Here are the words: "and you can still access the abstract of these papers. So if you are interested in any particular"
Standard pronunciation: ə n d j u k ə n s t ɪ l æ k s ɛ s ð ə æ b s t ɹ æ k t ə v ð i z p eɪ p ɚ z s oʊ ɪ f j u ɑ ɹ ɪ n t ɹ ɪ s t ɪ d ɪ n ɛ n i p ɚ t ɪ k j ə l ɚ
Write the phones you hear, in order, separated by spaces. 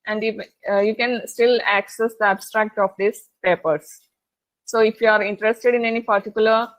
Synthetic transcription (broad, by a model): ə n d j u k ə n s t ɪ l æ k s ɛ s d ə æ b s t ɹ æ k t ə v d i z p eɪ p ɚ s s oʊ ɪ f j u ɑ ɹ ɪ n t ɹ ɪ s t ɪ d ɪ n ɛ n i p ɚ t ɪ k j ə l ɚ